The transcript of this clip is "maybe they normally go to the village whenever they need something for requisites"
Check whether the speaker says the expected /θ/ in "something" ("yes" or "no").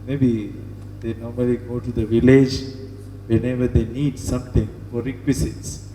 no